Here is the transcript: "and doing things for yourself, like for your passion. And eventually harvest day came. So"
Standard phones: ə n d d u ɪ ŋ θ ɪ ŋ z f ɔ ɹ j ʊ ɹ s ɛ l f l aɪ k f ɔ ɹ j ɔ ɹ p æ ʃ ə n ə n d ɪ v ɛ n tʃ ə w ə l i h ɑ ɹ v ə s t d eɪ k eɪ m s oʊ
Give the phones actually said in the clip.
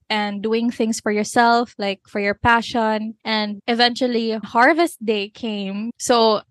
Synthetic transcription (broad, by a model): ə n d d u ɪ ŋ θ ɪ ŋ s f ɔ ɹ j ʊ ɹ s ɛ l f l aɪ k f ɔ ɹ j ɔ ɹ p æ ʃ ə n ə n d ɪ v ɛ n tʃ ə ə l i h ɑ ɹ v ə s t d eɪ k eɪ m s oʊ